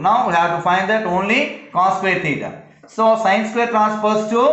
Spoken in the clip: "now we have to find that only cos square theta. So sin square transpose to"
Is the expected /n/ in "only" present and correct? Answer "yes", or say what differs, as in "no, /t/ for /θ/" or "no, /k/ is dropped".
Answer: yes